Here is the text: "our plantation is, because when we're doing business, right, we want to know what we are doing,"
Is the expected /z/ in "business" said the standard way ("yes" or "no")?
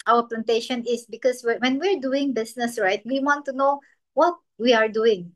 no